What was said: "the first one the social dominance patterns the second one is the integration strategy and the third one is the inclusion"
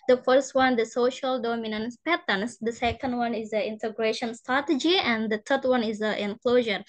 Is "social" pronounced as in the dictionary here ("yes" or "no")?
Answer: yes